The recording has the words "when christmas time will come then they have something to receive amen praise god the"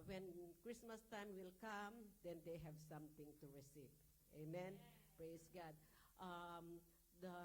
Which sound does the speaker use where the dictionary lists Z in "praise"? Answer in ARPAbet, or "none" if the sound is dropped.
S